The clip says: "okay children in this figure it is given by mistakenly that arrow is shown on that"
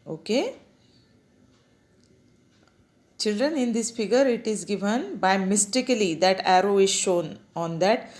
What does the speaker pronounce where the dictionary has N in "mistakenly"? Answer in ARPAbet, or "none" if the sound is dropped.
none